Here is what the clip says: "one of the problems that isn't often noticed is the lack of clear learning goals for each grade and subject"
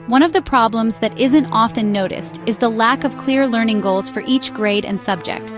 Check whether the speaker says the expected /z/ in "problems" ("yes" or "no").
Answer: yes